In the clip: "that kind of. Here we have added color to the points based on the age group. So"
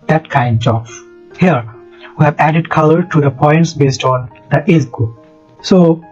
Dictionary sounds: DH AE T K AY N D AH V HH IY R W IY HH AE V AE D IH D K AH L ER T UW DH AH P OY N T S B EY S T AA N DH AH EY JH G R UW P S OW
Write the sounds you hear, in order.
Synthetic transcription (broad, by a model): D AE T K AY N D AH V HH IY R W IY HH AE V AE D IH D K AH L ER T UW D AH P OY N T S B EY S T AA N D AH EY Z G UW S OW